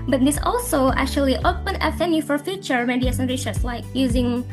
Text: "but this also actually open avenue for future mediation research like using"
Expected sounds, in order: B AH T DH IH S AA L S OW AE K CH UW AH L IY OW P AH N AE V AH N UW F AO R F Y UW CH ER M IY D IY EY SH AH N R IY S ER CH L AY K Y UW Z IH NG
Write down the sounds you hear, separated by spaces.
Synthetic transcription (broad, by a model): B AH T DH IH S AA L S OW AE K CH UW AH L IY OW P AH N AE F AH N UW F AO R F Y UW CH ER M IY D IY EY S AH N R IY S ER S L AY K Y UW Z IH NG